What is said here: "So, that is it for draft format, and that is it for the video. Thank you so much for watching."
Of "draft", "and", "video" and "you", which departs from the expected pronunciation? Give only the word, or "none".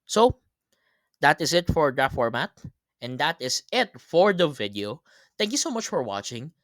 draft